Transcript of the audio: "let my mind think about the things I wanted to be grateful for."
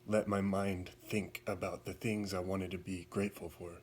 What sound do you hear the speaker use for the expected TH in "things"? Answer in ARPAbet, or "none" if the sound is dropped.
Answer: TH